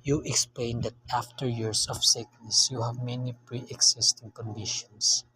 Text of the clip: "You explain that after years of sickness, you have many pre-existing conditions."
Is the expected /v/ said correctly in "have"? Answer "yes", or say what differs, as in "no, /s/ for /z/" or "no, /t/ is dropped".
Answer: yes